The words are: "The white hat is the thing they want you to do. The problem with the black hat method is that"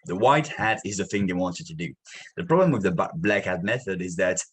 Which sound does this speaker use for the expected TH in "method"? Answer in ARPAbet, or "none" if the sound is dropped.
TH